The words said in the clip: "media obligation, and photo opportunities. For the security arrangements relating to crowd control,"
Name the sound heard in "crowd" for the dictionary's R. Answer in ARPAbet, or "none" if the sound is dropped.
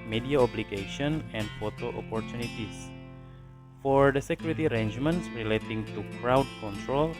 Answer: R